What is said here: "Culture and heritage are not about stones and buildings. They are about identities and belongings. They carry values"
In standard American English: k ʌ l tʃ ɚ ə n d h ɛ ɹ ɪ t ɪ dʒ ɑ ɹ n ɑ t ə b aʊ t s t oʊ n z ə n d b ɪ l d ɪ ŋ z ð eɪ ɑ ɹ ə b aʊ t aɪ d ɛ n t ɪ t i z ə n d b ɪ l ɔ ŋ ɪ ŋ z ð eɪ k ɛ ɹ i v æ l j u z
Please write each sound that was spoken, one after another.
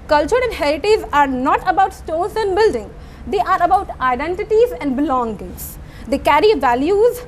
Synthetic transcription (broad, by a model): k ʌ l tʃ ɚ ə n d h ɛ ɹ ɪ t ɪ z ɑ ɹ n ɑ t ə b aʊ t s t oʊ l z ə n d b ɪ l d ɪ ŋ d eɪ ɑ ɹ ə b aʊ t aɪ d ɛ n t ɪ t i z ə n d b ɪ l ɔ ŋ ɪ ŋ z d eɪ k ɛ ɹ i v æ l j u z